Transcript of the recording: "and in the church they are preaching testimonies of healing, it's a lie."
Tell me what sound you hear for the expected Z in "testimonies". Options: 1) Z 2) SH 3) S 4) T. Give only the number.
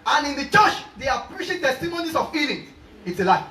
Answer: 3